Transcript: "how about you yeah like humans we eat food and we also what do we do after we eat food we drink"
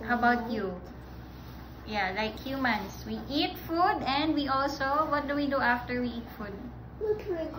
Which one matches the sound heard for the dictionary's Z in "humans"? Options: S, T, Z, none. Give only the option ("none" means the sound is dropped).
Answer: S